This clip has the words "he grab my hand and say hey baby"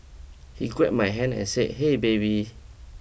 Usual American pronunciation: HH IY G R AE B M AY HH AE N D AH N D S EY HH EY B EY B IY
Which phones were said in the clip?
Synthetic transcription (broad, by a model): HH IY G W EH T M AY HH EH N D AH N S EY HH EY B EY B IY